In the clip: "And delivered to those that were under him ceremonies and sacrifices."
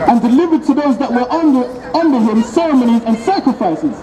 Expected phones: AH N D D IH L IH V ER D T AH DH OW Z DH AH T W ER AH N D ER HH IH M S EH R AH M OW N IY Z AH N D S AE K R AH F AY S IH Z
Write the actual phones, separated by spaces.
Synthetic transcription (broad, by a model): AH N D D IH L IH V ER D T AH DH OW Z DH AH T W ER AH N D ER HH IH M S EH R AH M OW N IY Z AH N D S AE K R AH F AY S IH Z